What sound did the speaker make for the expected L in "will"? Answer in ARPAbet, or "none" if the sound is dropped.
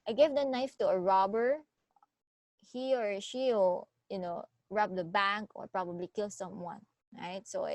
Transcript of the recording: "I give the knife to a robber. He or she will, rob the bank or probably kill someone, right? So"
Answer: N